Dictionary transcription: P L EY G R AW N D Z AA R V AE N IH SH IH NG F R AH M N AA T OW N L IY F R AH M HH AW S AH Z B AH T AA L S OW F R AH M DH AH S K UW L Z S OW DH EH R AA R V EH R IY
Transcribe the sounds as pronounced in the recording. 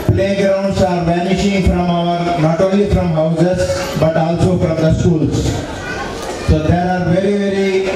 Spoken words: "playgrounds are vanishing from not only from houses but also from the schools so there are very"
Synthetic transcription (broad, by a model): P L EY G R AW N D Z AA R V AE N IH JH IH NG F R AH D N AA T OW L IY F R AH M HH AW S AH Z B AH T AA L S OW F R AH M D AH S K UW L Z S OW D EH R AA R V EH R IY